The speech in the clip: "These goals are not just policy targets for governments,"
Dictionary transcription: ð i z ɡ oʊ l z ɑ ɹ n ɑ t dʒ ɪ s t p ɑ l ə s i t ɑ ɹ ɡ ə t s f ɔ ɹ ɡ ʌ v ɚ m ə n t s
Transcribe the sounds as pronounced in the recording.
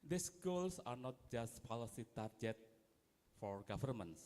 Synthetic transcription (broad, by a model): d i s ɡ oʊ l s ɑ ɹ n ɑ t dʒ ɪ s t p ɑ l ə s i t ɑ ɹ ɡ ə t f ɔ ɹ ɡ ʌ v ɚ m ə n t s